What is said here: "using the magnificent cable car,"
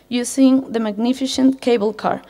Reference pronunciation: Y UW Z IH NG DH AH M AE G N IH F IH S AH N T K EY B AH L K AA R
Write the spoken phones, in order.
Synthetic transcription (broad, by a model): Y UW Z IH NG DH AH M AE G N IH F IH SH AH N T K EY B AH L K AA R